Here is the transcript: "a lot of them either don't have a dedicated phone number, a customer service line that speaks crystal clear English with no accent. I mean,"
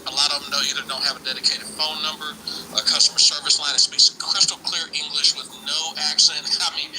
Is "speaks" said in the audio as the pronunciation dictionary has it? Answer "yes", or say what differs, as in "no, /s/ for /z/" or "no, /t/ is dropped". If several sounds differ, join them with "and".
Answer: no, /k/ is dropped